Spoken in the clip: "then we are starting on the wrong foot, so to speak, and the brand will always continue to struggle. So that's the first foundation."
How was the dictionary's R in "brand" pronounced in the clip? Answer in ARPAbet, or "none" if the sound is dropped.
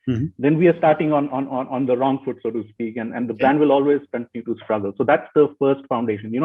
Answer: none